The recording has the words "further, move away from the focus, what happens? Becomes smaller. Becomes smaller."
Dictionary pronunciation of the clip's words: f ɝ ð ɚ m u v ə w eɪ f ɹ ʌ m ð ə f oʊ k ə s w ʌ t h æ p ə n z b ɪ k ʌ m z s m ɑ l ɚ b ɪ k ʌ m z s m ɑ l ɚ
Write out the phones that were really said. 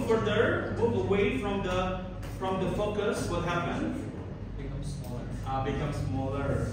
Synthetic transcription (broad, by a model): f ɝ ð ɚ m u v ə w eɪ f ɹ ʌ m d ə f oʊ k ə s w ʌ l h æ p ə n b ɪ k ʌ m s m ɑ l ɚ b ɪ k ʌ m s m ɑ l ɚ